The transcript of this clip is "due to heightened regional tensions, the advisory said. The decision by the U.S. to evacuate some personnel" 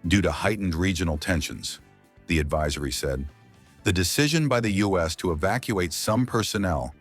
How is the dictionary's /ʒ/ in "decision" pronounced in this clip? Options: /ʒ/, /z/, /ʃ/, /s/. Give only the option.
/ʒ/